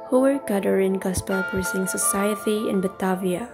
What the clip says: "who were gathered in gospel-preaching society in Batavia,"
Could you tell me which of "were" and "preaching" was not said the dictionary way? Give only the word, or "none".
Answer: preaching